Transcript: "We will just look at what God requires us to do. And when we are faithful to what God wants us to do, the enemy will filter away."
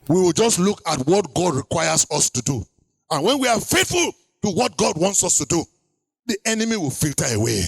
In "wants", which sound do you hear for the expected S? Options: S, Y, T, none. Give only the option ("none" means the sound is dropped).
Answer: S